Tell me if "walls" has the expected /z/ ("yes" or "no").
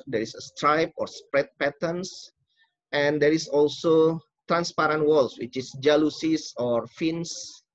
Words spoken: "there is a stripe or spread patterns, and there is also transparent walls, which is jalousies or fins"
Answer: no